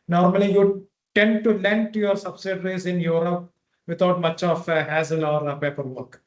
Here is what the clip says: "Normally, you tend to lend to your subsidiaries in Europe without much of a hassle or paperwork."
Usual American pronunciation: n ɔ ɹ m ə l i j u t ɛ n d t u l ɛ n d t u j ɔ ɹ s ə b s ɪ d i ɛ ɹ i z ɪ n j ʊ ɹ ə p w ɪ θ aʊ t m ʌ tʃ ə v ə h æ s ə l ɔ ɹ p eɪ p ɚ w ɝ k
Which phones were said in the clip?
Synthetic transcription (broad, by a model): n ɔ ɹ m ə l i j u t ɛ n d t u l ɛ n d t u j ɔ ɹ s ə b s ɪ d ɹ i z ɪ n j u ɹ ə p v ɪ t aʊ t m ʌ tʃ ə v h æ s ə l ɔ ɹ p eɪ p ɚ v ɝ k